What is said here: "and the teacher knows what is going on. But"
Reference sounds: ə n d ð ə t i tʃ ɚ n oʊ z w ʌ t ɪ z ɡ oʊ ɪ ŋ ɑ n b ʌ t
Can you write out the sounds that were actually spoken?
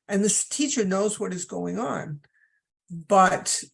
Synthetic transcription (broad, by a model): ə n ð ə t i tʃ ɚ n oʊ z w ʌ t ɪ z ɡ oʊ ɪ ŋ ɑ n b ʌ t